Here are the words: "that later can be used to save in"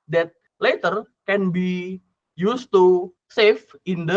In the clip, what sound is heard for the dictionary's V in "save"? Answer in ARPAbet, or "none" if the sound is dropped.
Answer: F